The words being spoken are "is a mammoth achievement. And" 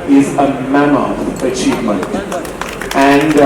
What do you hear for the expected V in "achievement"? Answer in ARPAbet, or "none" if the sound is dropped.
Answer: V